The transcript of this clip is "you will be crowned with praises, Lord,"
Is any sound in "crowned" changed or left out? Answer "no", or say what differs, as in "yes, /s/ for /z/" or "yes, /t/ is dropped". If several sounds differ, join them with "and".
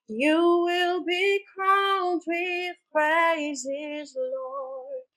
yes, /ɹ/ is dropped and /l/ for /n/